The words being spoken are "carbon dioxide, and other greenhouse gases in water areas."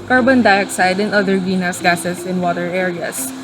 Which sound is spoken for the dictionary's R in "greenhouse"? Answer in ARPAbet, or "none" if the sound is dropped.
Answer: none